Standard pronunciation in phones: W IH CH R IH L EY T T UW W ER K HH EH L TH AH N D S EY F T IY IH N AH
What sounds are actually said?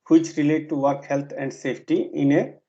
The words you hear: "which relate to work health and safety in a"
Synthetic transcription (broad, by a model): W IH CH R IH L EY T T UW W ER K HH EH L T AH N D S EY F T IY IH N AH